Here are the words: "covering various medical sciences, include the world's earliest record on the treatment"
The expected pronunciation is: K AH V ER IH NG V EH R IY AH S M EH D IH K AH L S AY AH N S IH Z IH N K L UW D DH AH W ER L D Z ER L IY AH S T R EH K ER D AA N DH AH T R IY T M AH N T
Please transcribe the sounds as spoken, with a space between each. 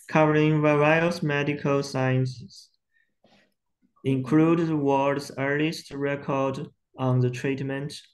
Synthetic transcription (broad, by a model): K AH V ER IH NG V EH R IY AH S M EH D IH K AH L S AY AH N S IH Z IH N K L UW D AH W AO D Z ER L IY AH S T R EH K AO D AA N DH AH T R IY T M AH N T